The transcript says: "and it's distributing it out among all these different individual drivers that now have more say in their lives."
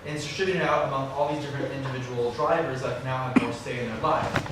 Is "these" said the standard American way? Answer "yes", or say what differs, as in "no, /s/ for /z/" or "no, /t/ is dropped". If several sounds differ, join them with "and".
yes